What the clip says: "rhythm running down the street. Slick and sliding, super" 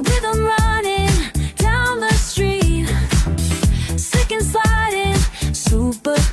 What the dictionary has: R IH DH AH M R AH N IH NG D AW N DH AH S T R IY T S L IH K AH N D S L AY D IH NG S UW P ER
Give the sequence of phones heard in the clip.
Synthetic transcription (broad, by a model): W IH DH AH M R AH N IH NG D AW N DH AH S T R IY T S IH K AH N S AY D IH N S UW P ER